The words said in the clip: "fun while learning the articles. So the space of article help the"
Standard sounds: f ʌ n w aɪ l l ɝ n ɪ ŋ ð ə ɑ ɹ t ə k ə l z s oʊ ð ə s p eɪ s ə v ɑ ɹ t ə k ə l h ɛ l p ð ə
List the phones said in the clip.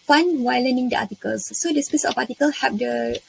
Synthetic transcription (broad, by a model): f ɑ n w aɪ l l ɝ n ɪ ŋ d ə ɑ t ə k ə l s oʊ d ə s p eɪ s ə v ɑ t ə k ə l h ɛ p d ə